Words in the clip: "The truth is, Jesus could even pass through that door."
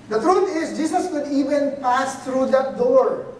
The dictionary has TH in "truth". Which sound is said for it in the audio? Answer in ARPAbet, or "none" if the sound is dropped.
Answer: T